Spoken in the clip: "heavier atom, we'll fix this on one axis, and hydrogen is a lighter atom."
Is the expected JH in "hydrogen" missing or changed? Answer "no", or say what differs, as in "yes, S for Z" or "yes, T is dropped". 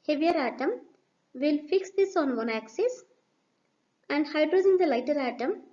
yes, JH is dropped